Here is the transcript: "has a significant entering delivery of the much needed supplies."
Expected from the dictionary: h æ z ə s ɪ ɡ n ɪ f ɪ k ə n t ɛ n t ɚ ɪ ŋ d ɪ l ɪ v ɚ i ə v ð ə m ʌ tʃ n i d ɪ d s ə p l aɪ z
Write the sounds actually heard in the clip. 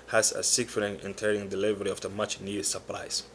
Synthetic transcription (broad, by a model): h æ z ə s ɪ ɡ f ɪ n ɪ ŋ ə n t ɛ t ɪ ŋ d ɪ l ɪ v ɚ i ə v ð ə m ʌ tʃ n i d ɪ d s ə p l aɪ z